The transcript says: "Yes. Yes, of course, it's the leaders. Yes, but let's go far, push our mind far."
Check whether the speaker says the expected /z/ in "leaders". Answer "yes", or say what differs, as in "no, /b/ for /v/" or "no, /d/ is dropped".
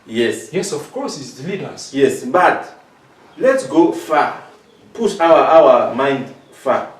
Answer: no, /s/ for /z/